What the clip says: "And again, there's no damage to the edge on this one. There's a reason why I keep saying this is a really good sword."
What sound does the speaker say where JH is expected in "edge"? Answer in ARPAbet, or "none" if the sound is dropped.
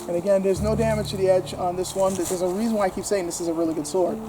JH